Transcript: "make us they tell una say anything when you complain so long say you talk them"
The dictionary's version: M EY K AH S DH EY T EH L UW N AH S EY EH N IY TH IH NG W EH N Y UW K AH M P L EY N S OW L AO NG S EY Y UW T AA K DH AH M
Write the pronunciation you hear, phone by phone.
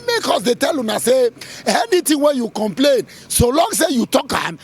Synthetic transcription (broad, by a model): M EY K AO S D EY T EH L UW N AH S EY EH N IY T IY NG W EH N Y UW K AH M P L EY N S OW L AO NG S EY Y UW T AA K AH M